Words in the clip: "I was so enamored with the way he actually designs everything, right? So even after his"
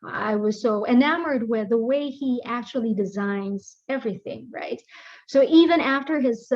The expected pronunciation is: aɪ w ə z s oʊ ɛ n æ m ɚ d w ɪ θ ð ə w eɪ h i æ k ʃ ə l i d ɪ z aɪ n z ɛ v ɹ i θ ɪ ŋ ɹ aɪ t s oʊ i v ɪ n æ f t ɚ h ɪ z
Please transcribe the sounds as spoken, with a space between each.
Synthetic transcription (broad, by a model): aɪ w ə z s oʊ ɛ n æ m ɚ d w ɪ ð ə w eɪ i æ k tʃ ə l i d ɪ z aɪ n z ɛ v ɹ i θ ɪ ŋ ɹ aɪ t s oʊ i v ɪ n æ f t ɚ ɪ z